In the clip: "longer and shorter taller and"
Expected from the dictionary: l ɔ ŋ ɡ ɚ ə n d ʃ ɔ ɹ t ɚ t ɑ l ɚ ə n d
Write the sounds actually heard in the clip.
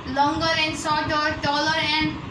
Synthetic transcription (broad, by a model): l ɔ ŋ ɡ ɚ ə n d s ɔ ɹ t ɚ t ɑ l ɚ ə n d